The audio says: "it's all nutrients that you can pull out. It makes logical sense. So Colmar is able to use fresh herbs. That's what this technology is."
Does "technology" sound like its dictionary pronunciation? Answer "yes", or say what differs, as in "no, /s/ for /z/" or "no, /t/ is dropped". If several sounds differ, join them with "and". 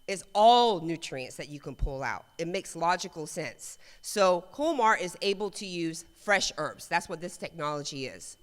yes